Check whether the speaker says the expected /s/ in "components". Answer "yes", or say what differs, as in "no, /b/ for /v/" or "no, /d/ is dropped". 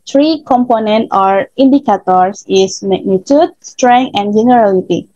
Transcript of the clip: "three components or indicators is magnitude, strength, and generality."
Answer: no, /s/ is dropped